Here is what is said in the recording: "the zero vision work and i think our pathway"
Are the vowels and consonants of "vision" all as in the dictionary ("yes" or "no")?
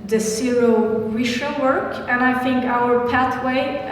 no